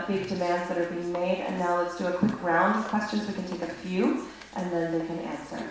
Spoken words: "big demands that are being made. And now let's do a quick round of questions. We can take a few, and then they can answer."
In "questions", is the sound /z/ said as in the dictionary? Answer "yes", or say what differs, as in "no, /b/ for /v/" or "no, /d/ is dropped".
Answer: yes